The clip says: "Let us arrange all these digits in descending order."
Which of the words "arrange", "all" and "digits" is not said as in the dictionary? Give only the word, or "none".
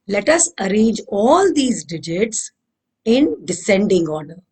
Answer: none